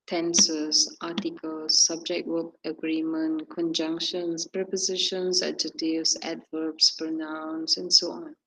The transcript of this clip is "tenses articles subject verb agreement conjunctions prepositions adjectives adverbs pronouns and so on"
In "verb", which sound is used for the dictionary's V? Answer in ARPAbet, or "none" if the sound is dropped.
W